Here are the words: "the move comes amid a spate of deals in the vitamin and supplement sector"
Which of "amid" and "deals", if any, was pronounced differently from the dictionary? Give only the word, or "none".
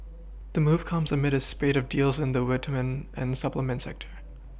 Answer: none